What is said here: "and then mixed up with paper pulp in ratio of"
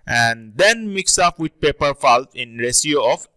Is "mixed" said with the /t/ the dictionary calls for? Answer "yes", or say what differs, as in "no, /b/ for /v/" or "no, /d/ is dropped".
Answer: no, /t/ is dropped